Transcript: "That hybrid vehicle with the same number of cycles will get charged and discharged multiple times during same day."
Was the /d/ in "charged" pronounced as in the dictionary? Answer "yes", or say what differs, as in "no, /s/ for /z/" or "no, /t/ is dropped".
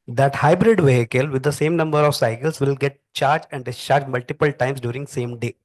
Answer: no, /d/ is dropped